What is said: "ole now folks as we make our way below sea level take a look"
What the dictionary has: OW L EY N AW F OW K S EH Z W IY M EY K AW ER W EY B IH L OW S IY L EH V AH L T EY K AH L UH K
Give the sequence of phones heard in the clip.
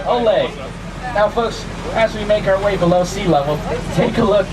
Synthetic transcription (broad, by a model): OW L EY N AW F OW K S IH Z W IY M EY K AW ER W EY B IH L OW S IY L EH W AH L T EY K AH L UH K